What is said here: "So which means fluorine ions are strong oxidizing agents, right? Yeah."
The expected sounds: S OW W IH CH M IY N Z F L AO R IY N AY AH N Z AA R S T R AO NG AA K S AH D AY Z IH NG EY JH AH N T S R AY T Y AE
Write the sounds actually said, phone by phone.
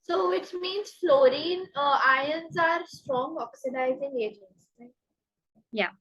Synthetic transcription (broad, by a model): S OW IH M M IY N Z F L AO R IY N AY AH N Z AA R S T R AO NG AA K S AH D AY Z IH NG EY JH AH N T S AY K Y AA